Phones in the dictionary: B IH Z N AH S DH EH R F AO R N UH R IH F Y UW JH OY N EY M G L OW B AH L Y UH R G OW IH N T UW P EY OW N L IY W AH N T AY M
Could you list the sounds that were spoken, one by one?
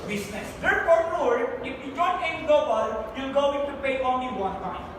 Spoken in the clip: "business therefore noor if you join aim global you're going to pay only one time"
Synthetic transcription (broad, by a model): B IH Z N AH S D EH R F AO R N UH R IH F Y UW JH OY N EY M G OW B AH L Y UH L G OW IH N T UW P EY OW N L IY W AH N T AY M